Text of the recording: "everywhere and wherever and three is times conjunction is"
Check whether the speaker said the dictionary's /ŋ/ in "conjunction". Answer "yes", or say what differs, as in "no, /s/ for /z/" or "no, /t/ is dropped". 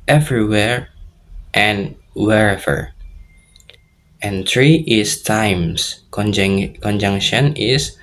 yes